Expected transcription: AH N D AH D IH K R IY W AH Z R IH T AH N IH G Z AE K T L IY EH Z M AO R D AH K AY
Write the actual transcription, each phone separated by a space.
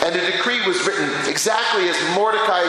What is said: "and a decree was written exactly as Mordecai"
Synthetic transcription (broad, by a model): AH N AH D IH K R IY W AH Z R IH T N IH G Z AE K T L IY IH Z M AO R D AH K AY